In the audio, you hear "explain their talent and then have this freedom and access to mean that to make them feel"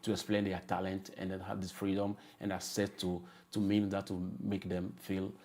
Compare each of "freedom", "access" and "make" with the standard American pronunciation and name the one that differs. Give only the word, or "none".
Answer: access